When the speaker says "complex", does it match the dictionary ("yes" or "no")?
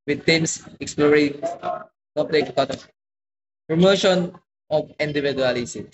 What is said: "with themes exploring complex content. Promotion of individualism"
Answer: no